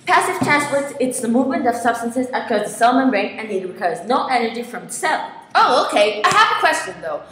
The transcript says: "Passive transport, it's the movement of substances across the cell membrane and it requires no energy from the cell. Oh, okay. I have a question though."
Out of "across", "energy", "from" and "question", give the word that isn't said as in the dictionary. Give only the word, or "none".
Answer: across